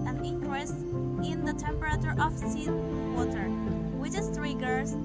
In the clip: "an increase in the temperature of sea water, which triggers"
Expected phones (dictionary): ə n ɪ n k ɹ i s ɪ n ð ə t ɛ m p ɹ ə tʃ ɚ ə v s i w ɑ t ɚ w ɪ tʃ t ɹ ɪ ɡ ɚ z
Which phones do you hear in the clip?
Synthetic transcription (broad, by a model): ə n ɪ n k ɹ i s ɪ n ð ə t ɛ m p ɹ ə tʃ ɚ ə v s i w ɑ t ɚ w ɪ s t ɹ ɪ ɡ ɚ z